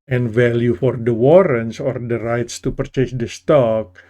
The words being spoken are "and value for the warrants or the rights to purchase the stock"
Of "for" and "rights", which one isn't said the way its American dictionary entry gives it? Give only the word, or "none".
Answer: none